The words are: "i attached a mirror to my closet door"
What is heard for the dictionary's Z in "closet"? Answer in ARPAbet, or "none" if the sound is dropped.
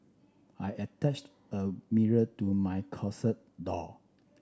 S